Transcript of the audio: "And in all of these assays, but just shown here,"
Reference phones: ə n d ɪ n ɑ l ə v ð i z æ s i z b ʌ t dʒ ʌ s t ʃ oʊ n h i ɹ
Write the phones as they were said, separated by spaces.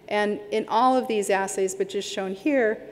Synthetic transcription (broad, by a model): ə n ɪ n ɑ l ə v ð i z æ s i z b ʌ t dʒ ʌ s t ʃ oʊ n h i ɹ